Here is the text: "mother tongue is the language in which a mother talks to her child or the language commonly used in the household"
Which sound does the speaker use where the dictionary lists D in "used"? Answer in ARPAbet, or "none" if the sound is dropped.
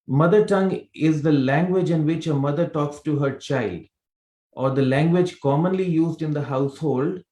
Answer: D